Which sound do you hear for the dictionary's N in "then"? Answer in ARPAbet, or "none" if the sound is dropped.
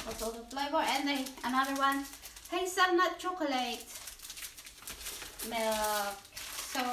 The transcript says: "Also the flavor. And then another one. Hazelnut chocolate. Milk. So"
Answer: none